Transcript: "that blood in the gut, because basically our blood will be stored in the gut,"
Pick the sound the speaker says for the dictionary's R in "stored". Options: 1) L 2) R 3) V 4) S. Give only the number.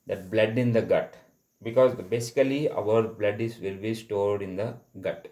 2